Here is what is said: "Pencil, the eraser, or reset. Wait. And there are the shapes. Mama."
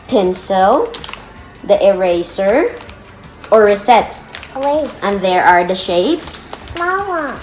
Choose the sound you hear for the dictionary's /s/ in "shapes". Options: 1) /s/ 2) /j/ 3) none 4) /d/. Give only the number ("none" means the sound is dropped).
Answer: 1